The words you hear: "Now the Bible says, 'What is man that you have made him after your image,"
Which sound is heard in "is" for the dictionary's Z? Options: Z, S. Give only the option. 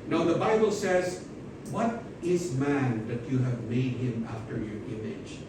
Z